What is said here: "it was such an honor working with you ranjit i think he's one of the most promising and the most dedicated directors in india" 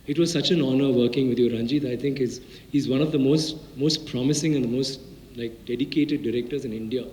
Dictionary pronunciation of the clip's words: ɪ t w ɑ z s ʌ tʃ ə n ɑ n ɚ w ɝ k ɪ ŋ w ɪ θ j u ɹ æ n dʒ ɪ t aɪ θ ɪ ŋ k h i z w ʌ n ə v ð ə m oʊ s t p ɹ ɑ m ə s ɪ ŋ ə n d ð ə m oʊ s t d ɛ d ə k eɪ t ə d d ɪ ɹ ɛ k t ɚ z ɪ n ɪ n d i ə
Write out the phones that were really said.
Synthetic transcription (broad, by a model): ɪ t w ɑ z s ʌ tʃ ə n ɑ n ɚ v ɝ k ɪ ŋ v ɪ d j u ɹ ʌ n dʒ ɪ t aɪ t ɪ ŋ k h i z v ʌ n ə v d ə m oʊ s t p ɹ ɑ m ə s ɪ ŋ ə n d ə m oʊ s t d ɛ d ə k eɪ t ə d d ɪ ɹ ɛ k t ɚ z ɪ n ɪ n d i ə